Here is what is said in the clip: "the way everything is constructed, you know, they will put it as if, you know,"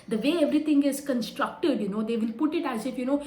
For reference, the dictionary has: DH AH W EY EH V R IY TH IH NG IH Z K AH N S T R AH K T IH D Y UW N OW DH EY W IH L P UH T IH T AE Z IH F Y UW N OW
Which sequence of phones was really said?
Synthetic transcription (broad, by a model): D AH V EY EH V R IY T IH NG IH Z K AH N S T R AH K T IH D Y UW N OW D EY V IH L P UH T IH T AE Z IH F Y UW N OW